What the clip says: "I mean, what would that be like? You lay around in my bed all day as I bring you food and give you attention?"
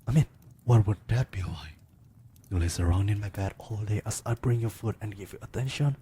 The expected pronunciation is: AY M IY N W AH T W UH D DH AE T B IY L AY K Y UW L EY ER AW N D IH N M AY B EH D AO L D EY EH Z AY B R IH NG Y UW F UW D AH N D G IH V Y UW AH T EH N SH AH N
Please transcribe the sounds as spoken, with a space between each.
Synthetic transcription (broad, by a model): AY M IY N W AH T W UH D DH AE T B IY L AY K Y UW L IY ER AW N D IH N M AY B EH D AO L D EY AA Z AY B R IH NG Y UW F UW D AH N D G IH V Y UW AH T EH N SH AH N